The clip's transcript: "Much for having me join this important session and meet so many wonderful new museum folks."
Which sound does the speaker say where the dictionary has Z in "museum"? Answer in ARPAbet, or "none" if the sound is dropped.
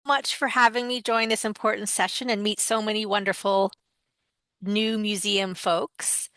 Z